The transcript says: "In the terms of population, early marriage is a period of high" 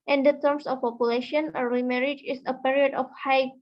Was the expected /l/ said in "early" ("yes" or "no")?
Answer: no